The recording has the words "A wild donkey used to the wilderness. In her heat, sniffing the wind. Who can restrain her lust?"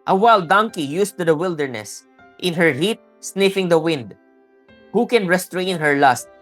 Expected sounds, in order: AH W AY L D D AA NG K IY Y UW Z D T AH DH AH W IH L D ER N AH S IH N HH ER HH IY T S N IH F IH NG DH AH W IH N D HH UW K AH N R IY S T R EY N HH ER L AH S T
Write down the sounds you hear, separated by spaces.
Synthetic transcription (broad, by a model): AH W AY L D D AA NG K IY Y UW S T AH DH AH W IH L D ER N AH S IH N HH ER HH IY T S N IH F IH NG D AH W IH N D HH UW K AH N R IY S T R EY N HH ER L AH S T